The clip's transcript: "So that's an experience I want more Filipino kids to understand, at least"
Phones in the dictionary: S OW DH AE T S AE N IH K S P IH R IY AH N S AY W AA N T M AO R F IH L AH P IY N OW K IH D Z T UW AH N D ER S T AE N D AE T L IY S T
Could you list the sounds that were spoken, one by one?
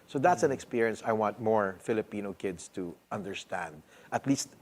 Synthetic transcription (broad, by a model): S OW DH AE T S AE N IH K S P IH R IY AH N S AY W AA N T M AO R F IH L AH P IY N OW K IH D S T UW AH N D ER S T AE N D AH T L IY S T